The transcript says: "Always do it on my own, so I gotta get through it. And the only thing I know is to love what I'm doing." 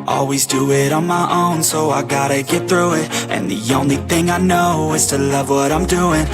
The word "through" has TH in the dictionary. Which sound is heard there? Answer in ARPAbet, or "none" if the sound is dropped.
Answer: TH